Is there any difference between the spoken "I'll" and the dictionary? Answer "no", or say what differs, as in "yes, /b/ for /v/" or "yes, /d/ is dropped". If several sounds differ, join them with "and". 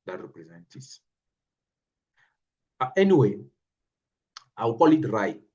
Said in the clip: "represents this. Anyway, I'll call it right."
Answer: yes, /w/ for /l/